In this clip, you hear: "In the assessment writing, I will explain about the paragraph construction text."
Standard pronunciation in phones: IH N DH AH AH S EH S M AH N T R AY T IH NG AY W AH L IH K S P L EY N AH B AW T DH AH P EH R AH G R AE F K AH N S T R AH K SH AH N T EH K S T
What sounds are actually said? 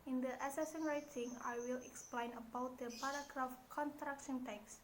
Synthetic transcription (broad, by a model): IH N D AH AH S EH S AH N R AY T IH NG AY W AH L IH K S P L EY N AH B AW T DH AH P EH R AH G R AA F K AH N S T R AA K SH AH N T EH K S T